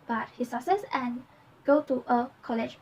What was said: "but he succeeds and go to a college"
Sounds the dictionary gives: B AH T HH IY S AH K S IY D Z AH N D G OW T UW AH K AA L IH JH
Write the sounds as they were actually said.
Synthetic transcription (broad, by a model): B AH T HH IY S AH S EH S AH N G OW T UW AH K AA L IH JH